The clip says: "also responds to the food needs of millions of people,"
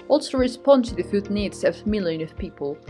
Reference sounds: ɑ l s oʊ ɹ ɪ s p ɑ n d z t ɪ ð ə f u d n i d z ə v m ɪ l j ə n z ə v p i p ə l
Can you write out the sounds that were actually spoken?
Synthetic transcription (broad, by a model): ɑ l s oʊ ɹ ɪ s p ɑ n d t ɪ ð ə f u d n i d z ə v m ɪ l j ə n ə v p i p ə l